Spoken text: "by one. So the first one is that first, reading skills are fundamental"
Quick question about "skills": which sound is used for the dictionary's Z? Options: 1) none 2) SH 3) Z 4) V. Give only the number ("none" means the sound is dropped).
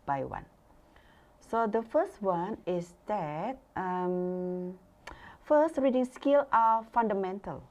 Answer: 1